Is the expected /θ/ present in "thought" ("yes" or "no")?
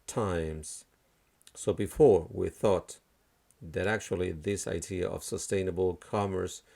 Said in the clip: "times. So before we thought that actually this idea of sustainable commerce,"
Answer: yes